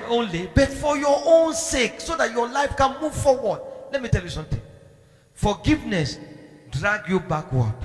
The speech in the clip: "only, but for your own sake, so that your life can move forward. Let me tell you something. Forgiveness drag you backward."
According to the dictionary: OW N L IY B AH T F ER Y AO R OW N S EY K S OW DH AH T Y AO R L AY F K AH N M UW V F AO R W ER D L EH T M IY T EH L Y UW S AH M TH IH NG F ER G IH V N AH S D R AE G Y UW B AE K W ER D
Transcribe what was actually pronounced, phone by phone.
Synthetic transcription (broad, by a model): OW N L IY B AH T F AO Y AO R OW N S EY K S OW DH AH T Y AO L AY F K AH N M UW V F AO W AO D L EH T M IY T EH L Y UW S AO M T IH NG F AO G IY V N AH S D R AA G Y UW B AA K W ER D